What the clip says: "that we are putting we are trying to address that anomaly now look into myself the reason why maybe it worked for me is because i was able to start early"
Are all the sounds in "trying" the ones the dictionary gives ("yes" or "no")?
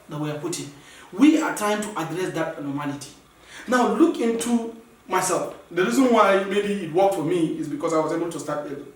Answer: no